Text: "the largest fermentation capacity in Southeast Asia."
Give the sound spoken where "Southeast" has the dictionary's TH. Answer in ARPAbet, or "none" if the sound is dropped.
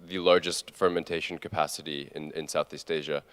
TH